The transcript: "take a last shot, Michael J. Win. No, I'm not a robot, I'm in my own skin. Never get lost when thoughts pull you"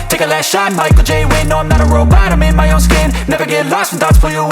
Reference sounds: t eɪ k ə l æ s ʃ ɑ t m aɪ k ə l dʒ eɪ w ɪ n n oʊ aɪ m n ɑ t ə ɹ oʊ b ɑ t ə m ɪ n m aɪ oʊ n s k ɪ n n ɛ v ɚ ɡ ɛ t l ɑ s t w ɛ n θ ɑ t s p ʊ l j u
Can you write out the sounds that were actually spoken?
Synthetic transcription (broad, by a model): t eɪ k ə l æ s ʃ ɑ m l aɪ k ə dʒ eɪ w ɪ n n oʊ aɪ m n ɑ t ə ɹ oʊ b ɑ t ə m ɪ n m aɪ oʊ n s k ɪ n n ɛ v ɚ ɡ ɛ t l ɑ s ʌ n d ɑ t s f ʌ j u